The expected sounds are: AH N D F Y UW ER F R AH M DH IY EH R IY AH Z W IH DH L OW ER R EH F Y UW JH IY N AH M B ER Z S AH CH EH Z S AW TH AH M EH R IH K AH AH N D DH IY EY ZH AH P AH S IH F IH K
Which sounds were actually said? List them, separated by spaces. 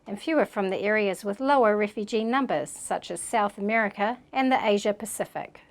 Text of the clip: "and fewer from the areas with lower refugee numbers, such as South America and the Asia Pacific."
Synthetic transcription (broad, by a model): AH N F Y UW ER F R AH M DH IY EH R IY AH Z W IH DH L OW ER R EH F Y UW JH IY N AH M B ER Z S AH CH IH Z S AW TH AH M EH R IH K AH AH N DH IY EY ZH AH P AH S IH F IH K